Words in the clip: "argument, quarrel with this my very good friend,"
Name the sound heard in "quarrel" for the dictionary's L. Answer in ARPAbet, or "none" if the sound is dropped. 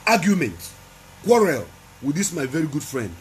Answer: L